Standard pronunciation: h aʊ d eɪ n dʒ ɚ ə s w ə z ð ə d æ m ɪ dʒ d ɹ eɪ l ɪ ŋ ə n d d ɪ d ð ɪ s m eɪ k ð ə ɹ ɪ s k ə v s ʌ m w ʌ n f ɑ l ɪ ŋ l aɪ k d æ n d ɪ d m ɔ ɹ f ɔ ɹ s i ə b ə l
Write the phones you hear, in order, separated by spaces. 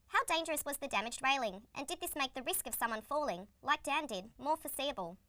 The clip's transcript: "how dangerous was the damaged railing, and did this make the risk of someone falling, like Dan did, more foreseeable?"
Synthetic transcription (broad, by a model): h aʊ d eɪ n dʒ ɚ ə s w ə z ð ə d æ m ɪ dʒ d ɹ eɪ l ɪ ŋ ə n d d ɪ d ð ɪ s m eɪ k ð ə ɹ ɪ s k ə v s ʌ m w ʌ n f ɑ l ɪ ŋ l aɪ k d æ n d ɪ d m ɔ ɹ f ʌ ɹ s i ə b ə l